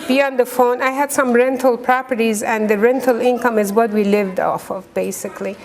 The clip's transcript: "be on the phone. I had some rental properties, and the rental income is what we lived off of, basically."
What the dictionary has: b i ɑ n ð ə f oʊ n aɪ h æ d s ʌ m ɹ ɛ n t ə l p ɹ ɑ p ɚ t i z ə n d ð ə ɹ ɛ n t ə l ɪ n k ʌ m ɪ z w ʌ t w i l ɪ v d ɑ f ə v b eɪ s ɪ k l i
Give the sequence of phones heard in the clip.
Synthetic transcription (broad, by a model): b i ɑ n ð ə f oʊ n aɪ h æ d s ʌ m ɹ ɛ n t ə l p ɹ ɑ p ɚ t i z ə n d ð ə ɹ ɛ n t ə l ɪ n k ʌ m ɪ z w ʌ t w i l ɪ v d ɑ f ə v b eɪ s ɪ k l i